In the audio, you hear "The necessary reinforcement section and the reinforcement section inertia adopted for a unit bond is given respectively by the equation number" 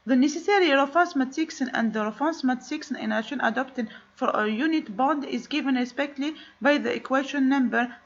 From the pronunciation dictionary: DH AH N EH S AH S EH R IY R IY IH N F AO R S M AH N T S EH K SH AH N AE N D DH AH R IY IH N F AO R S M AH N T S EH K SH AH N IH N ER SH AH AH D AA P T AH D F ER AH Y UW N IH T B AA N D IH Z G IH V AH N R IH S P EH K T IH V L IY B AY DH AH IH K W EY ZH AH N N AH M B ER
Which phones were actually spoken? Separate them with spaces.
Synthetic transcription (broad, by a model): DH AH N EH S AH S EH R IY R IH F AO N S M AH T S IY K S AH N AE N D DH AH R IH F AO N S M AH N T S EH K S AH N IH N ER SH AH AH D AA P T AH D F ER AH Y UW N IH T B AA N D IH Z G IH V AH N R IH S P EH K T L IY B AY DH AH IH K W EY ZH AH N N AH M B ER